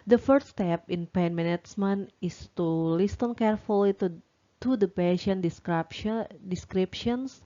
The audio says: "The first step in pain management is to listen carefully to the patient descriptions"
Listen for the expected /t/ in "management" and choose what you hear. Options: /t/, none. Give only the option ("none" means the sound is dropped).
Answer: none